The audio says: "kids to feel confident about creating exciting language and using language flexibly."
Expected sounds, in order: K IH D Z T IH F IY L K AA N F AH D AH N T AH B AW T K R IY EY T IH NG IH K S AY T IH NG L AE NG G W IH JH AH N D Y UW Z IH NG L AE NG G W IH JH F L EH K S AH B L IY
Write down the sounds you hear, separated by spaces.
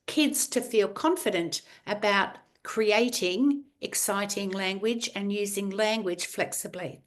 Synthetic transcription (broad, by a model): K IH D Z T IH F IY L K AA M F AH D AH N T AH B AW T K R IY EY T IH NG IH K S AY T IH NG L AE NG G W IH JH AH N Y UW Z IH NG L AE NG G W IH JH F L EH K S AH B L IY